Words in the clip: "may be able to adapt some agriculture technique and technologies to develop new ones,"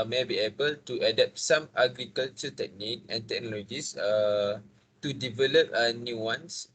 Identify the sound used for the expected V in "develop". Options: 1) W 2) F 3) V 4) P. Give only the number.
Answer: 3